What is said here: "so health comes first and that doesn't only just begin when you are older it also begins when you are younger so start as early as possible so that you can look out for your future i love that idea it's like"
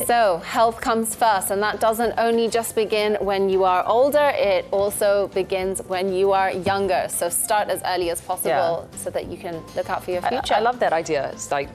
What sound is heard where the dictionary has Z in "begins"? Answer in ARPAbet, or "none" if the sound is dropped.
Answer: Z